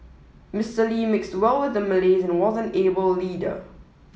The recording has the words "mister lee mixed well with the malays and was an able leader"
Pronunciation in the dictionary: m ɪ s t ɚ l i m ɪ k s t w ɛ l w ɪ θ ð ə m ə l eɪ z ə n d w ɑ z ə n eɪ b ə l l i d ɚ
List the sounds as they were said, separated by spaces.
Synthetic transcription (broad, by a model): m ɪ s t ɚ l i m ɪ k s t w ɛ l w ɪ ð ə m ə l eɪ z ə n w ɑ z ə n eɪ b ə l l i d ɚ